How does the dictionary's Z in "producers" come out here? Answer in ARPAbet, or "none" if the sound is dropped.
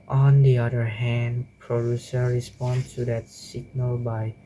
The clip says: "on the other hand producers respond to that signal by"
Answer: none